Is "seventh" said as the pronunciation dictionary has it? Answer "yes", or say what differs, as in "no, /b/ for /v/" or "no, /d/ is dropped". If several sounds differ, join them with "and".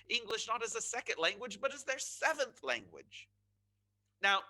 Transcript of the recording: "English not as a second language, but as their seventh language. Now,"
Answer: yes